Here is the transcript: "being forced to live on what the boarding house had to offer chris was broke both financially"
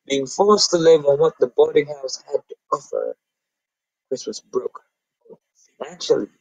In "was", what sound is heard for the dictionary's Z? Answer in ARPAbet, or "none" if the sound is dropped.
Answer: S